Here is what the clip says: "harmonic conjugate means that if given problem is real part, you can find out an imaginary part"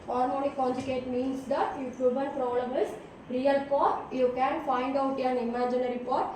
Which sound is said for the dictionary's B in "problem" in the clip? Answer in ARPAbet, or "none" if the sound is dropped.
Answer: none